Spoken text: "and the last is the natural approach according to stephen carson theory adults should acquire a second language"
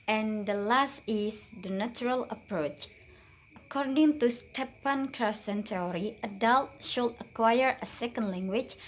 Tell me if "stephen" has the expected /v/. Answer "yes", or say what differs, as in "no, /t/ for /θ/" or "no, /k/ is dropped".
no, /p/ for /v/